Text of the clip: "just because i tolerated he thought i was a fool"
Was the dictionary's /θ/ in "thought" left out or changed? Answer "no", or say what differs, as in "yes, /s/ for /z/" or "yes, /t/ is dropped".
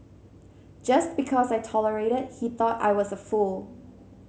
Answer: no